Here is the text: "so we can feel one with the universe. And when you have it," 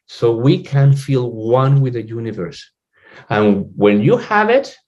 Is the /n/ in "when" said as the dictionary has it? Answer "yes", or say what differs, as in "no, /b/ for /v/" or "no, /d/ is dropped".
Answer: no, /l/ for /n/